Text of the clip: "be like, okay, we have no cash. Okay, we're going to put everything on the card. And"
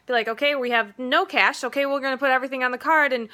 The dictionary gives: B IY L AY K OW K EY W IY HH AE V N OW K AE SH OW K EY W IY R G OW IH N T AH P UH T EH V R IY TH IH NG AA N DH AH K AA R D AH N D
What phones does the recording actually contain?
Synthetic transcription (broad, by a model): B IY L AY K OW K EY W IY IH V N OW K AE SH OW K EY W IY L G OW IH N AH P UH T EH V R IY TH IH NG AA N DH AH K AA R D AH N